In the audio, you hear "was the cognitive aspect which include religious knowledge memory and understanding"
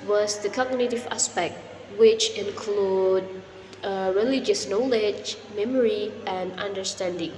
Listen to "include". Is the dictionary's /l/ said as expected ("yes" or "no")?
yes